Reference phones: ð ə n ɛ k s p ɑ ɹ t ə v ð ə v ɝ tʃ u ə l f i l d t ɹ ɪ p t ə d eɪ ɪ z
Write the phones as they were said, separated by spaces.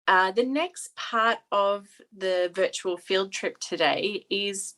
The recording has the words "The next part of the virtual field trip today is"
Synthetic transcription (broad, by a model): ð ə n ɛ k s p ɑ ɹ t ə v ð ə v ɝ tʃ u ə l f i l d t ɹ ɪ p t ə d eɪ ɪ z